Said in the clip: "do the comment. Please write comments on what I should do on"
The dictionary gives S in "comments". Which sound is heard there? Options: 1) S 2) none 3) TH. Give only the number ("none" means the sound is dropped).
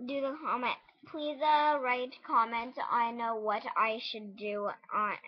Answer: 2